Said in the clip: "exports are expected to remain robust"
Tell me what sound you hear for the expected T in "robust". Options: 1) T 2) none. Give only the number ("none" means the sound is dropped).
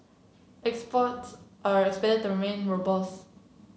2